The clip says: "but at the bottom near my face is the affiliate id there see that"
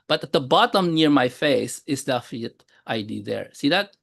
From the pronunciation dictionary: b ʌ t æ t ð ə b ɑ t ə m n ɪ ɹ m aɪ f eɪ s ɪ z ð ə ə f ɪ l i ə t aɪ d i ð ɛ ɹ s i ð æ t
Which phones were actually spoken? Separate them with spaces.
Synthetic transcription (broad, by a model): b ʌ t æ t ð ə b ɑ t ə m n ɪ ɹ m aɪ f eɪ s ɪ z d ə f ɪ n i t t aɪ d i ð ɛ ɹ s i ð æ t